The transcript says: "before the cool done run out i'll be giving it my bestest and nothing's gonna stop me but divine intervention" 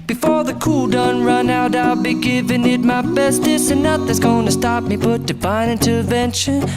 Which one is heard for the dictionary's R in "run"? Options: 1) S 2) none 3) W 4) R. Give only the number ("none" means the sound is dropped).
4